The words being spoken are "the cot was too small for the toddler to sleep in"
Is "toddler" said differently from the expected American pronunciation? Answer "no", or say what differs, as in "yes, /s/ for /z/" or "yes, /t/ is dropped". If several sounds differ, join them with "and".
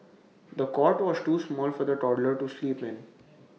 no